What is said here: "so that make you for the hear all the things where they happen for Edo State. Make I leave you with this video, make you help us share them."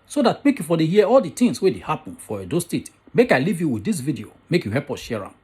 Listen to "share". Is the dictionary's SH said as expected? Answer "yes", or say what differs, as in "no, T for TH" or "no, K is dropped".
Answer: yes